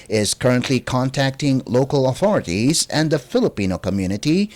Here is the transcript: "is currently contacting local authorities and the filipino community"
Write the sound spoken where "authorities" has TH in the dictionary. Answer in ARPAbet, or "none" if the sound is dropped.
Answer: TH